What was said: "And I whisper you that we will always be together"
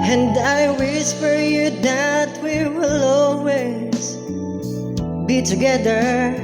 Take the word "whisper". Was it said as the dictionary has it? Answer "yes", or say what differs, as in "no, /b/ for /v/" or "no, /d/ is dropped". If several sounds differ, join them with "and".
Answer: no, /f/ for /p/